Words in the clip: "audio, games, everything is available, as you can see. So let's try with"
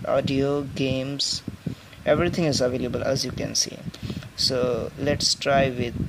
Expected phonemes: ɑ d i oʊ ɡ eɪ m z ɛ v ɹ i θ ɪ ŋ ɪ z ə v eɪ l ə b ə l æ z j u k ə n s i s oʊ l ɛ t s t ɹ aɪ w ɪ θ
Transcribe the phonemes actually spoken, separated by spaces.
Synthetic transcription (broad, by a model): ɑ d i oʊ ɡ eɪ m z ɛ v ɹ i t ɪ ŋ ɪ z ə v eɪ l ə b ə l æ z j u k ə n s i s oʊ l ɛ t s t ɹ aɪ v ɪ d